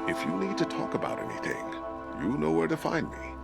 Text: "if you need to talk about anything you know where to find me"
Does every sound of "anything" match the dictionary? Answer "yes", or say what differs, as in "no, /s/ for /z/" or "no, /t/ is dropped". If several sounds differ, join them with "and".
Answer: yes